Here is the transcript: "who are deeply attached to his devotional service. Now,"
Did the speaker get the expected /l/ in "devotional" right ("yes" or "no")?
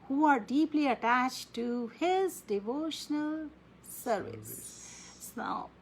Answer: yes